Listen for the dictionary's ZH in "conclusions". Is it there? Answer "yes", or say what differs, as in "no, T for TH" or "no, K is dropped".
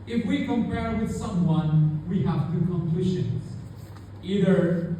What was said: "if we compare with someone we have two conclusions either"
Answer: no, SH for ZH